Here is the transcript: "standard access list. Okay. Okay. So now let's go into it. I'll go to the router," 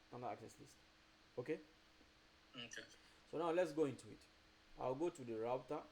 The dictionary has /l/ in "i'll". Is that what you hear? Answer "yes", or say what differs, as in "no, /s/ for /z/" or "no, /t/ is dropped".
no, /w/ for /l/